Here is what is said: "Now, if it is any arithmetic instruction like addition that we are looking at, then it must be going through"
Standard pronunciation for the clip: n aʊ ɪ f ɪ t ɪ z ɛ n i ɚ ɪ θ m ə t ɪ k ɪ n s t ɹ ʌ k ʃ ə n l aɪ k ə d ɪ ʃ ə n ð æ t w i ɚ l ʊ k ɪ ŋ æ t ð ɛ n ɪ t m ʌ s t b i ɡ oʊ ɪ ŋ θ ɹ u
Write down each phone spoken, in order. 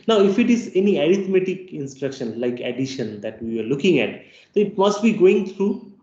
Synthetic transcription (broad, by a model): n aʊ ɪ f ɪ t ɪ z ɛ n i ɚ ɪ t m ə t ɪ k ɪ n s t ɹ ʌ k ʃ ə n l aɪ k ə d ɪ ʃ ə n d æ t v i ɚ l ʊ k ɪ ŋ æ t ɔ ɪ t m ʌ s t b i ɡ oʊ ɪ ŋ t ɹ u